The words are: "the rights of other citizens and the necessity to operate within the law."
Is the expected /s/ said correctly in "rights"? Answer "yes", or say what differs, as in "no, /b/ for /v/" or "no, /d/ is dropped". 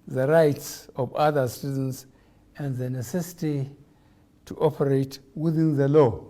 yes